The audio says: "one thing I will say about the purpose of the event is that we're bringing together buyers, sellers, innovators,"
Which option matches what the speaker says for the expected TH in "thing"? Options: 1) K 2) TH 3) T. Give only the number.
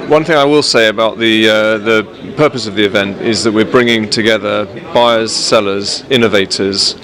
2